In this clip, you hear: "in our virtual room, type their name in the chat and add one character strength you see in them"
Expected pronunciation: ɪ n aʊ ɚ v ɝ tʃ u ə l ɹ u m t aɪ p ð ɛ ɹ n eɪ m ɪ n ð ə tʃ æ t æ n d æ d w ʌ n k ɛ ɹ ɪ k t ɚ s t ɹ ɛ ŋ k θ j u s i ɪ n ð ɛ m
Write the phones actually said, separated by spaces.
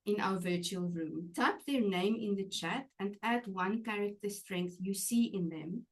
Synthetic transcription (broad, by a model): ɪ n aʊ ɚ v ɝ tʃ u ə l ɹ u m t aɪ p ð ɛ ɹ n eɪ m ɪ n ð ə tʃ æ t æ n d æ d w ʌ n k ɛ ɹ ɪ k t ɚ s t ɹ ɛ ŋ k θ j u s i ɪ n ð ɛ m